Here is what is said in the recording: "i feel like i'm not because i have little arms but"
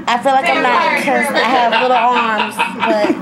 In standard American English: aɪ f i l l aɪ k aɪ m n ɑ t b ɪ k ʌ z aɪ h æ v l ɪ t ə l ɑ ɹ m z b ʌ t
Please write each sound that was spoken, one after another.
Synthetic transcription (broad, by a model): aɪ f i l l aɪ k aɪ m l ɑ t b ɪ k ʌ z aɪ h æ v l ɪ t l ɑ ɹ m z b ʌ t